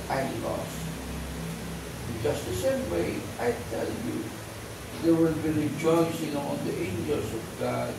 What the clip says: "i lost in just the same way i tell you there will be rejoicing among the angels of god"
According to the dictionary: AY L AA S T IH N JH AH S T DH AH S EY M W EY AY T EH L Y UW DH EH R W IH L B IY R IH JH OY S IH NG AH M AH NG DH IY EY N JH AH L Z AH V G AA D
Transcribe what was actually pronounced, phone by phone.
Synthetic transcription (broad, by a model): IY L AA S IH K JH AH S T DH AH S EY M W EY AY T EH L Y UW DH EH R W IH L B IY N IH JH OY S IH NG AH AH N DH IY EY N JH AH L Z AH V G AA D